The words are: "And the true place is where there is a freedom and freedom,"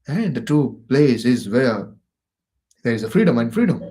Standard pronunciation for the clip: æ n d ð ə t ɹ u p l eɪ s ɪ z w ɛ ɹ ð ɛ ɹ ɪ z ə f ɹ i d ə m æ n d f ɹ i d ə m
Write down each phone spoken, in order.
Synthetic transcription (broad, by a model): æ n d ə t u p l eɪ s ɪ z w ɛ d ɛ ɹ ɪ z ə f ɹ i d ə m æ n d f ɹ i d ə m